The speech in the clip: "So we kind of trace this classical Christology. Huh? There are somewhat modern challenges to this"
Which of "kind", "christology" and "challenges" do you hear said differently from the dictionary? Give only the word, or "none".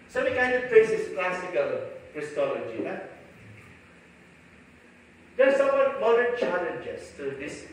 challenges